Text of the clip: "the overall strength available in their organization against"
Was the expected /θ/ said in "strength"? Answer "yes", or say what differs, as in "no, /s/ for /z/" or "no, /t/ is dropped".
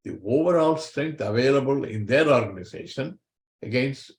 no, /t/ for /θ/